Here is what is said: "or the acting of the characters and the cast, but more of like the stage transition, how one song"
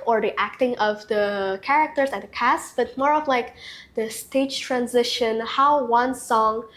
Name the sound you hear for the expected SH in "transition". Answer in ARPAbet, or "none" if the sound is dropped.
SH